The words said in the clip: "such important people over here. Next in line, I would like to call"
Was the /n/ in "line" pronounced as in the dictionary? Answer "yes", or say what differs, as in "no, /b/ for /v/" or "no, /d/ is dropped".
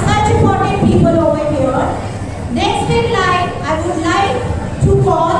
no, /n/ is dropped